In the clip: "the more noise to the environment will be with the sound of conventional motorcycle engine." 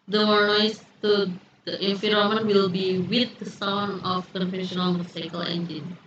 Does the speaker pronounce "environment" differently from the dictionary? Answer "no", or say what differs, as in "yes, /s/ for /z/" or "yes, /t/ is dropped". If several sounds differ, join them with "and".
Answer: yes, /f/ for /v/ and /n/ is dropped